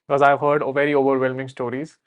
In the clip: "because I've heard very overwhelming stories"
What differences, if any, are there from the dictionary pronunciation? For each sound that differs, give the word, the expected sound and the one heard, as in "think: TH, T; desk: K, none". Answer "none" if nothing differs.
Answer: none